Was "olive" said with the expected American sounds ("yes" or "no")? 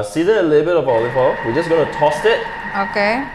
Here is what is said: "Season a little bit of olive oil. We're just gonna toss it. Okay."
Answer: no